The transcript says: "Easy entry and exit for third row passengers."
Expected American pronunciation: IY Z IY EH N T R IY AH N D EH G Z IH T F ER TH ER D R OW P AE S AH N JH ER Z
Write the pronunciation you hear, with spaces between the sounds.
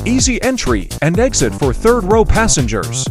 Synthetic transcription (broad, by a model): IY Z IY EH N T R IY AH N D EH G Z IH T F ER TH ER D R OW P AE S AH N JH ER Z